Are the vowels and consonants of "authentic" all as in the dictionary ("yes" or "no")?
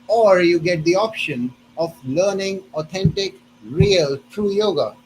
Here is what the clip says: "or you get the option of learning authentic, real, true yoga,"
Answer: no